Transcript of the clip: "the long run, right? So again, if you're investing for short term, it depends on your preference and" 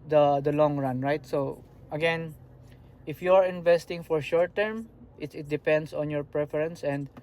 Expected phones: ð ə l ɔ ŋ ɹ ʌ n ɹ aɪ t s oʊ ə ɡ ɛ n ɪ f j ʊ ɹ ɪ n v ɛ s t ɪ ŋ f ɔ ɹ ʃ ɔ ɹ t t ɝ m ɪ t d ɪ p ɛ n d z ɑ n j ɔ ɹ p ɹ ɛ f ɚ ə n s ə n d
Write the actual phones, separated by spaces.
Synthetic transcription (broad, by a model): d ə l ɔ ŋ ɹ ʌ n ɹ aɪ t s oʊ ə ɡ ɛ n ɪ f j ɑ ɹ ɪ n v ɛ s t ɪ ŋ f ɔ ɹ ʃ ɔ ɹ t t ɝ m ɪ t d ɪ p ɛ n d s ɑ n j ɔ ɹ p ɹ ɛ f ɚ ə n s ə n d